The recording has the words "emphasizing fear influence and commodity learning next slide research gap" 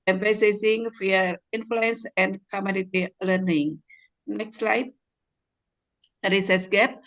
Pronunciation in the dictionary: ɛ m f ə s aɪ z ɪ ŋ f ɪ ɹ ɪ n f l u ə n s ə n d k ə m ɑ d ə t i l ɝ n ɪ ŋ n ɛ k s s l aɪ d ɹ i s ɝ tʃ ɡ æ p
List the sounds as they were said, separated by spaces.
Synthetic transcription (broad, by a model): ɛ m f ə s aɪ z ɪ ŋ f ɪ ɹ ɪ n f l u ə n s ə n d k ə m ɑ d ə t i l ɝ n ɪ ŋ n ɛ k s s l aɪ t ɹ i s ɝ s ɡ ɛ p